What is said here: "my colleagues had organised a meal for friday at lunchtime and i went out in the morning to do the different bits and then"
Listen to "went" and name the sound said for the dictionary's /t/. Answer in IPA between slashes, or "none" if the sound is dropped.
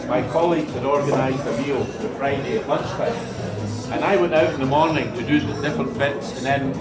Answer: /t/